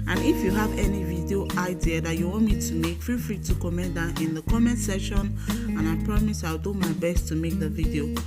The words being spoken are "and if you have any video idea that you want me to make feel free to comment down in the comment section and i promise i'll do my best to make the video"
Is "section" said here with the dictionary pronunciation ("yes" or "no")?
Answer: no